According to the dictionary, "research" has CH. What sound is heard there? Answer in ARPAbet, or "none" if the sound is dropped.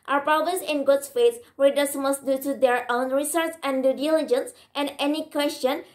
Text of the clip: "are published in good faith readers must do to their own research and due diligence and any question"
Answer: S